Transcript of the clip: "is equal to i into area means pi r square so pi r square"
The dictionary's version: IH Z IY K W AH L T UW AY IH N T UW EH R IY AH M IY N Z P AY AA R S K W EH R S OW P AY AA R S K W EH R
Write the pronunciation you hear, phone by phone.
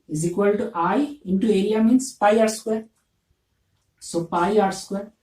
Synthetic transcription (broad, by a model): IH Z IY K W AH L T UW AY IH N T UW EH L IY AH M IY N S P AY AA R S K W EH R S OW P AY AA R S K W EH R